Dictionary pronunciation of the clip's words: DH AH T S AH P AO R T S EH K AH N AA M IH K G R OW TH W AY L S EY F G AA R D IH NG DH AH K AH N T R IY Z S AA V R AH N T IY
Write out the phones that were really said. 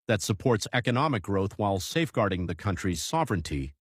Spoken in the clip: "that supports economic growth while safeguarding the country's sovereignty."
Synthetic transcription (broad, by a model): DH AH T S AH P AO R T S EH K AH N AA M IH K G R OW TH W AY L S EY F G AA R D IH NG DH AH K AH N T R IY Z S AA V R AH N T IY